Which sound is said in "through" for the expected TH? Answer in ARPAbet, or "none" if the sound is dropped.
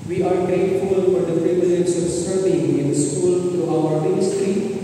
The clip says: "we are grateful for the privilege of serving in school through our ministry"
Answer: T